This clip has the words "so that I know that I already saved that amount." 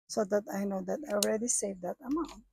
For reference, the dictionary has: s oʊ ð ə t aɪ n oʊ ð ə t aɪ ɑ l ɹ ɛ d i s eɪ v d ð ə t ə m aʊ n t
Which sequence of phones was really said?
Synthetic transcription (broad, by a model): s oʊ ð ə t aɪ n oʊ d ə t aɪ ɑ l ɹ ɛ d i s eɪ v d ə t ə m aʊ n t